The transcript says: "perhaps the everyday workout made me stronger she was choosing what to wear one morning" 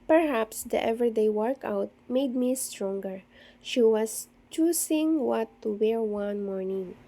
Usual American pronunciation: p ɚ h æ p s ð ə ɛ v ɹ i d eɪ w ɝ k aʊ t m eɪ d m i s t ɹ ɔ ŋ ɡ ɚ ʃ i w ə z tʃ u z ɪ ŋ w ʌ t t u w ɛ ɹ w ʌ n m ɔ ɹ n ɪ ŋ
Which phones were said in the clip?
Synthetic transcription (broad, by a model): p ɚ h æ p s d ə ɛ v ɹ d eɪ w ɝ k aʊ t m eɪ d m i s t ɹ ɔ ŋ ɡ ɚ ʃ i w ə s tʃ u s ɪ ŋ w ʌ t t u w ɛ ɹ w ʌ n m ɔ ɹ n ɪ ŋ